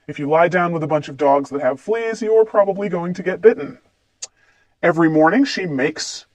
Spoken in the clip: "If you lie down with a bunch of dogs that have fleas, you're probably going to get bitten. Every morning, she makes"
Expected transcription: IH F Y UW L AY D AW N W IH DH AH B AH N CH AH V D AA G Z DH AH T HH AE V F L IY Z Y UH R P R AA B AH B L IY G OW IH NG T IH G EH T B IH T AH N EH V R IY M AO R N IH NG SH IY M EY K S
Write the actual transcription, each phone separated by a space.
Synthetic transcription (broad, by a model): IH F Y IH L AY D AW N W IH DH AH B AH N CH AH V D AA G Z DH AH T HH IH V F L IY Z Y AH R P R AA B AH B L IY G OW IH NG T IH G EH T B IH T N EH V R IY M AO R N IH NG SH IY M EY K S